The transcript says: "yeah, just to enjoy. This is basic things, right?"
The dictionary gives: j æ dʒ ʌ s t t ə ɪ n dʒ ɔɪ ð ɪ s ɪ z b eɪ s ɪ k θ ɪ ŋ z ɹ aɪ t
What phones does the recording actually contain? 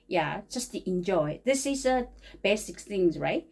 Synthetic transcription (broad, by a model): j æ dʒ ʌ s t t ɪ n dʒ ɔɪ ð ɪ s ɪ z b eɪ s ɪ k θ ɪ ŋ z ɹ aɪ t